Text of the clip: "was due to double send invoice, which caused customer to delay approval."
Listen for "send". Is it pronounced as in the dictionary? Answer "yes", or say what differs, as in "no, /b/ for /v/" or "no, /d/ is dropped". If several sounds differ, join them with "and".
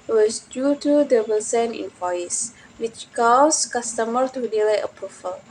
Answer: no, /d/ is dropped